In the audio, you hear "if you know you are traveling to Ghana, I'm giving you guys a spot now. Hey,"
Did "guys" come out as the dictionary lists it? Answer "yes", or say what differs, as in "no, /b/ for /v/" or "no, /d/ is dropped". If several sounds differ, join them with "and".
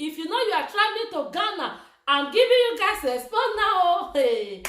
no, /s/ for /z/